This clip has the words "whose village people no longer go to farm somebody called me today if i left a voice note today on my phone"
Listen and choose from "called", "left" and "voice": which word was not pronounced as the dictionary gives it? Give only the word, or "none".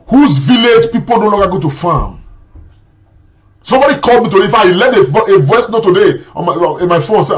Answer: left